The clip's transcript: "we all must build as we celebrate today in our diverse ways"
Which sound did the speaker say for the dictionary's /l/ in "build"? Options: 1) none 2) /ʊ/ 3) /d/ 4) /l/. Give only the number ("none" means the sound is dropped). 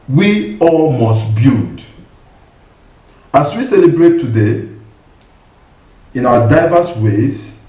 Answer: 1